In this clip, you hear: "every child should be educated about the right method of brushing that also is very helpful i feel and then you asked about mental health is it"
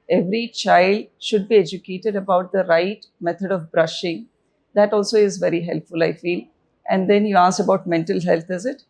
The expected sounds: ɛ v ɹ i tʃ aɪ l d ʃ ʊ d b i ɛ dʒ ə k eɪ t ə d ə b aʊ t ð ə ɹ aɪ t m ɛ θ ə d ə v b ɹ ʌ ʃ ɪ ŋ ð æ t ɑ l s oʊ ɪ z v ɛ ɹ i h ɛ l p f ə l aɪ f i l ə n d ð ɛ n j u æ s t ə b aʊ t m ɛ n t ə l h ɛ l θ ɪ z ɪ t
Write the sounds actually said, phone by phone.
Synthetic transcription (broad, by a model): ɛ v ɹ i tʃ aɪ l d ʃ ʊ d b i ɛ dʒ ə k eɪ t ə d ə b aʊ t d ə ɹ aɪ t m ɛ t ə d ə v b ɹ ʌ ʃ ɪ ŋ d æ t ɑ l s oʊ ɪ z v ɛ ɹ i h ɛ l p f ə l aɪ f i l ə n d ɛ n j u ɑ s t ə b aʊ t m ɛ n t ə l h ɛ l t ɪ z ɪ t